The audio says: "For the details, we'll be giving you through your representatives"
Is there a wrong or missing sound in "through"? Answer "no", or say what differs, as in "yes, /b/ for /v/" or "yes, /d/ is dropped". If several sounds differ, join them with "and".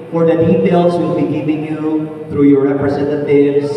no